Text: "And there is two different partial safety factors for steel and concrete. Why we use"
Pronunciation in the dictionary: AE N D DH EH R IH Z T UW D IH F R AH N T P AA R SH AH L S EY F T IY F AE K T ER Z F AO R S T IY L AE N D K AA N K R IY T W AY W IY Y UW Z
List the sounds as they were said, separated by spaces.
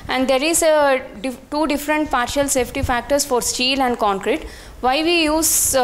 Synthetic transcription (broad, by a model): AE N D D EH R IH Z T UW D IH F R AH N T P AA R SH AH L S EY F T IY F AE K T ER S F AO R S T IY L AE N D K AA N K R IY T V AY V IY Y UW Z